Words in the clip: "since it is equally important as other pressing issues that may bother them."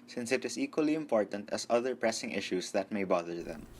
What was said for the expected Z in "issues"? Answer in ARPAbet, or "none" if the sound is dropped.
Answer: S